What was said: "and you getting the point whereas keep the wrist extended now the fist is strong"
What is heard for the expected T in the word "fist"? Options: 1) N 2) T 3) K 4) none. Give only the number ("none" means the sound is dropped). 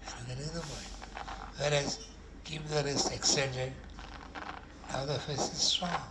4